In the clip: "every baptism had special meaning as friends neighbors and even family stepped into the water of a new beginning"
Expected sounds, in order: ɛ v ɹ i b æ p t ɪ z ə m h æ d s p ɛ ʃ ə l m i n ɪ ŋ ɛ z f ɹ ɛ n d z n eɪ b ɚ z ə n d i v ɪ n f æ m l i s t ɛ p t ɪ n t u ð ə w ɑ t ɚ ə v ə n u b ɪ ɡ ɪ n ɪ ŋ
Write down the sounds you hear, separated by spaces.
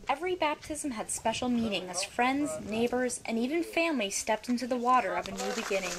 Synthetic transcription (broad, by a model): ɛ v ɹ i b æ p t ɪ z ə m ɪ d s p ɛ ʃ l m i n ɪ ŋ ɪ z f ɹ ɛ n d z n eɪ b ɚ z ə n i v ɪ n f æ m l i s t ɛ p t ɪ n t u ð ə w ɑ t ɚ ə v ə n u b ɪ ɡ ɪ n ɪ ŋ